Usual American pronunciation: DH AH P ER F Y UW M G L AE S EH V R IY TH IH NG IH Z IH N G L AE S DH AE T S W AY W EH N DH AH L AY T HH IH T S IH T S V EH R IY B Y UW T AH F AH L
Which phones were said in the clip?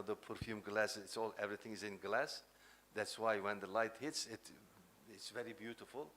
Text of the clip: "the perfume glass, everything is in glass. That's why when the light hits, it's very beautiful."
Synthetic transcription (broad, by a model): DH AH P ER F Y UW M G L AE S EH V R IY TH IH NG IH Z IH N G L AE S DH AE T S W AY W EH N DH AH L AY T HH IH T S IH T S V EH R IY B Y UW T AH F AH L